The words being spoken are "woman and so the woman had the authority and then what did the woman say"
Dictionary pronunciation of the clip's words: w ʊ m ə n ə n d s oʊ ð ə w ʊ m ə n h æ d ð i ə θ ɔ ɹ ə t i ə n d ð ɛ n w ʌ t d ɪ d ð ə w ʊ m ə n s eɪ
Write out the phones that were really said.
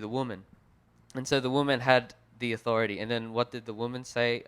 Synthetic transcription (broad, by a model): w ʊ m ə n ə n s oʊ ð ə w ʊ m ə n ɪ d ð i ə θ ɔ ɹ ə t i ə n ð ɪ n w ʌ t d ɪ d ð ə w ʊ m ə n s eɪ